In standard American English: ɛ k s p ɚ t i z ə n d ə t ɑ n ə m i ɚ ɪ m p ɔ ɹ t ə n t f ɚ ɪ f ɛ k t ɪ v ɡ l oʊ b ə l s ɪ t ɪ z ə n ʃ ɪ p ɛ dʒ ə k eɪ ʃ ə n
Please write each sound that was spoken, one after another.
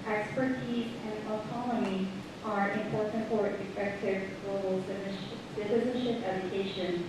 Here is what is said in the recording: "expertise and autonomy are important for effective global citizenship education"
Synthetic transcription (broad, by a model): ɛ k s p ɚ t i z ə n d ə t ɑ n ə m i ɚ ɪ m p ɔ ɹ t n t f ɚ ɪ f ɛ k t ɪ v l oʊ ə l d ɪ s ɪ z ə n ʃ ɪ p ɛ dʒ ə k eɪ ʃ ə n